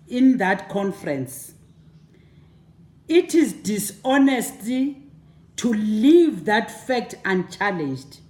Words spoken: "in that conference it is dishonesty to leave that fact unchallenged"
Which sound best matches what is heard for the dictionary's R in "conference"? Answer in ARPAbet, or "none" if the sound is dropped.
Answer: R